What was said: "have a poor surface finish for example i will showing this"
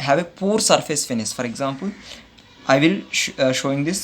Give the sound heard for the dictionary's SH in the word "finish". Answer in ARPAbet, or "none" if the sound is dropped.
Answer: S